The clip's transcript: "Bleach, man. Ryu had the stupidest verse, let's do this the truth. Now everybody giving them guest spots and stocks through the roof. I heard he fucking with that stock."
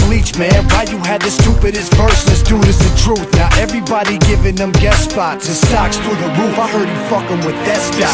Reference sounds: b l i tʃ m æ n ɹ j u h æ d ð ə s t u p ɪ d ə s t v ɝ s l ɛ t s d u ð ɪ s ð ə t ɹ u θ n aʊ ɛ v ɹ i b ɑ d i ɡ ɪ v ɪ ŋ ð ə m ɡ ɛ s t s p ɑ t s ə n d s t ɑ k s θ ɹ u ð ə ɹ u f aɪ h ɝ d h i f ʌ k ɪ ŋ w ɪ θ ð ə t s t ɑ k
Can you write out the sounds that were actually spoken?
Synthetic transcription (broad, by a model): l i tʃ m æ n w j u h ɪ d ð ə s t u p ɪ d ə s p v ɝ s n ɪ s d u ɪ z ð ə t ɹ u θ n aʊ ɛ v ɹ i b ɑ d i ɡ ɪ v ɪ ŋ ð ə m ɡ ɛ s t s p ɑ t ə s t ɑ k s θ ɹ ð ə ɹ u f aɪ h ɝ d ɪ f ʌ k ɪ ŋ w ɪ ð ə t s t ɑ